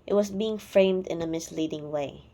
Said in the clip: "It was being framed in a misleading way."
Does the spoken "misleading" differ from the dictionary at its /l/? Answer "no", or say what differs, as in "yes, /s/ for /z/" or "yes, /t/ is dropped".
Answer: no